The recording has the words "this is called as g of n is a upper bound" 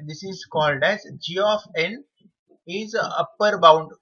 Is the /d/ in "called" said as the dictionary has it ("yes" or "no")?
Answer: yes